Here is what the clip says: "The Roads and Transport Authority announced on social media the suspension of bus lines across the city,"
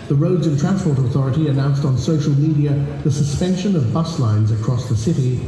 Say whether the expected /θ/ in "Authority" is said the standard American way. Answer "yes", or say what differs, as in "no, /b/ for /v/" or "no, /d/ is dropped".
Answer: yes